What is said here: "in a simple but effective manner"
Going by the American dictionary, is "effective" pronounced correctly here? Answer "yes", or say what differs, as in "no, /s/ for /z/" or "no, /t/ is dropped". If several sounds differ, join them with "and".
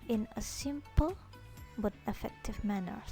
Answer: yes